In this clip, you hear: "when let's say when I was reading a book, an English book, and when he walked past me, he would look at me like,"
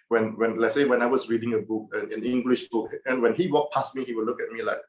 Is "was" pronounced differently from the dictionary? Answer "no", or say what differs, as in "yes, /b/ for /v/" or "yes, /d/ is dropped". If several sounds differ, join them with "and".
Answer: yes, /s/ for /z/